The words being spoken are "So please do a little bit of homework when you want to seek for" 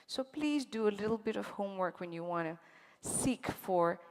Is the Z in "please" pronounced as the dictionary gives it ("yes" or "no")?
yes